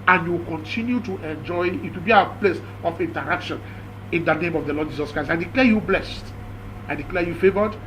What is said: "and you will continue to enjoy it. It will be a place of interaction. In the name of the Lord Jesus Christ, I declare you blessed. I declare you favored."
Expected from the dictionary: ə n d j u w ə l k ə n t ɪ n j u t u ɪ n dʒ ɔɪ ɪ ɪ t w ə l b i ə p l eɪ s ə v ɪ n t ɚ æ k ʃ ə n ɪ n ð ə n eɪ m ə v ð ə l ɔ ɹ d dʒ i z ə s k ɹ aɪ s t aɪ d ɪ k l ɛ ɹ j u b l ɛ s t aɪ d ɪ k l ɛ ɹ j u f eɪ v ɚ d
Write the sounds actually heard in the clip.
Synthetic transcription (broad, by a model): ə n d j u w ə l k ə n t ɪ n j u t u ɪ n dʒ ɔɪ ɪ ɪ t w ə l b i ə p l eɪ s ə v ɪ n t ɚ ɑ k ʃ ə n ɪ n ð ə n eɪ m ə v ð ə l ɔ d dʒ i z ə s k ɹ aɪ s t aɪ d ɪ k l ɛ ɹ j u b l ɛ s t aɪ d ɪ k l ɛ j u f eɪ v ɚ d